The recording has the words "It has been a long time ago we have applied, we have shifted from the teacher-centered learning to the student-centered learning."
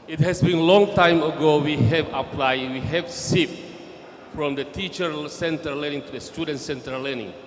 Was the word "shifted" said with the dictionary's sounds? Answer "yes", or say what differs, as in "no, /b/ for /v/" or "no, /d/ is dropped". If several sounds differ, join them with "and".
no, /s/ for /ʃ/